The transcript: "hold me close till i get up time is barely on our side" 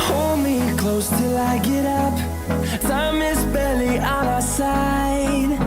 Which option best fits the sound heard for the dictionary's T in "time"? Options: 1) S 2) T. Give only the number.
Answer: 1